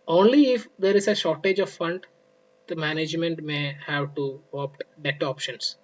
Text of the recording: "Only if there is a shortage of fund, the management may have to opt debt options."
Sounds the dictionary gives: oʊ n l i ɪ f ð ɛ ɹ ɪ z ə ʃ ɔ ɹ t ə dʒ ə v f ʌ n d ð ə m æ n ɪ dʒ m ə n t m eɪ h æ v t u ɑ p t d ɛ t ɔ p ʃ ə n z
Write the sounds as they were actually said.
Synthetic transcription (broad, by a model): oʊ n l i ɪ f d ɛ ɹ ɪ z ə ʃ ɔ ɹ t ə dʒ ə v f ʌ n d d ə m æ n ɪ dʒ m ə n t m eɪ h æ v t u ɑ p t d ɛ t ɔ p ʃ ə n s